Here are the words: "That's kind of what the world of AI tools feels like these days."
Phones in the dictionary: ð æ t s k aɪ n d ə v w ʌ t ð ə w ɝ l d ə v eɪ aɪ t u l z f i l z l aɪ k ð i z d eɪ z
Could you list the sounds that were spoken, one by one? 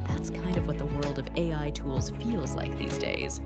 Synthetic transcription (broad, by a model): ð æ t s k aɪ n d ə v w ʌ t ð ə w ɝ l d ə v eɪ aɪ t u l z f i l z l aɪ k ð i z d eɪ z